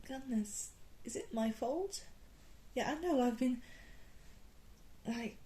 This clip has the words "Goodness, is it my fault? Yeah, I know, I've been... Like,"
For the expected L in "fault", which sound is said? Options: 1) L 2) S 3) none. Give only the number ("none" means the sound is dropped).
1